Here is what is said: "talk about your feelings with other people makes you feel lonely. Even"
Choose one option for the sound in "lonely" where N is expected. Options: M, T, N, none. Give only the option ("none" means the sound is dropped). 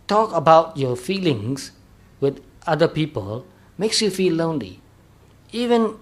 N